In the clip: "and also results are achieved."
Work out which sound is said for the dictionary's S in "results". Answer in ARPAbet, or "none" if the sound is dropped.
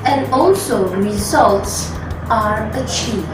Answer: S